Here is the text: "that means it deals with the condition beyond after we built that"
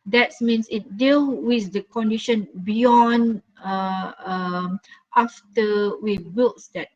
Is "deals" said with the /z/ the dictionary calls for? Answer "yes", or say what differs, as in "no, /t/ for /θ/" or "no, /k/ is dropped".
no, /z/ is dropped